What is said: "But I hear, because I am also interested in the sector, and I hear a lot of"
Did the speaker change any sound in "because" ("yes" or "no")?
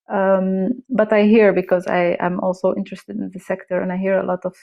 no